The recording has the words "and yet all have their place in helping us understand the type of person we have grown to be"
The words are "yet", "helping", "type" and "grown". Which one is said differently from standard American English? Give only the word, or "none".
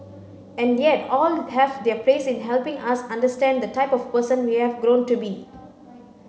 none